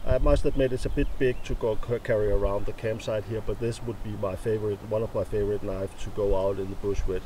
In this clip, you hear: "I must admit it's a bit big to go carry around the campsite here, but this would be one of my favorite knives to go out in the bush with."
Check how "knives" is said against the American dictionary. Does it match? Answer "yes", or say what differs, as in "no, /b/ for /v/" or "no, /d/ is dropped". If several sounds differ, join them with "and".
no, /z/ is dropped